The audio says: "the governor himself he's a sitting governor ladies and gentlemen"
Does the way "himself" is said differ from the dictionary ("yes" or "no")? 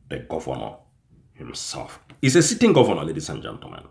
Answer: no